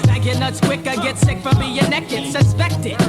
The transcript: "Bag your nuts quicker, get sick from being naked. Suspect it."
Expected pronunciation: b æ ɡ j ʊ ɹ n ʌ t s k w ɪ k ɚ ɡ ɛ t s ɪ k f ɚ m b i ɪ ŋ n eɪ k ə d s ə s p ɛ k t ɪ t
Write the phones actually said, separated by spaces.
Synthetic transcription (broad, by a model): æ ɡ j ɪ n ʌ t s k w ɪ k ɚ ɡ ɛ t s ɪ k f ɚ m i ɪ n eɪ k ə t s ə s p ɛ k t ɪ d